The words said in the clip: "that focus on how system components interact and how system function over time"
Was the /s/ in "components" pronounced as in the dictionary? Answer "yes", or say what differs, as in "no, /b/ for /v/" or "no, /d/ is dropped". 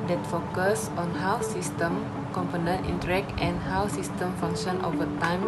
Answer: no, /s/ is dropped